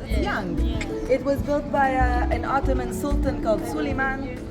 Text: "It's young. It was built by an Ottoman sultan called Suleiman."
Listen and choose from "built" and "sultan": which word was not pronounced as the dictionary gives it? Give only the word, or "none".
none